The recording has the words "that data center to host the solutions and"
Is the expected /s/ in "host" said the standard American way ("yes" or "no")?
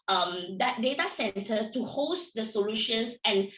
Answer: yes